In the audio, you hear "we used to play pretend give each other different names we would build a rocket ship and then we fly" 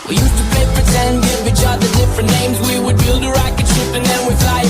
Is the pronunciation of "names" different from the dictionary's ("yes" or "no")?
no